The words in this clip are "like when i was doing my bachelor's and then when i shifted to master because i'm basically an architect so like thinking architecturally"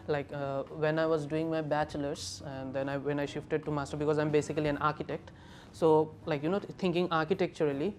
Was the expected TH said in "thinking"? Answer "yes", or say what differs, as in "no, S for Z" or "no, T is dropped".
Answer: no, T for TH